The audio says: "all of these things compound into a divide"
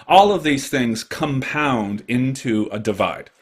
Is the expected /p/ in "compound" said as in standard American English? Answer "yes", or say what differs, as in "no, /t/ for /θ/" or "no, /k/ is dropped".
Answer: yes